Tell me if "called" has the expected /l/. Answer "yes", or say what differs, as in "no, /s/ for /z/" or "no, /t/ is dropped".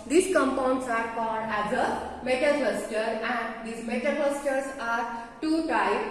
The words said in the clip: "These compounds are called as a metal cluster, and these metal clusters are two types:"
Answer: no, /l/ is dropped